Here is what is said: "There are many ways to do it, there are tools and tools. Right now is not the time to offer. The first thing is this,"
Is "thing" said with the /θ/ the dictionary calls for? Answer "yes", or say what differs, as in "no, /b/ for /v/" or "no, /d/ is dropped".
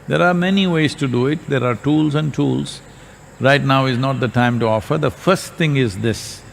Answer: no, /t/ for /θ/